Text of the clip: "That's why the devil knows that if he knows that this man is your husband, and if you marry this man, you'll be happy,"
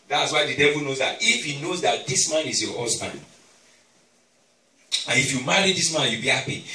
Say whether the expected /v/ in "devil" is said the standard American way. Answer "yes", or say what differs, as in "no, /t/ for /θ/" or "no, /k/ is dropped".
yes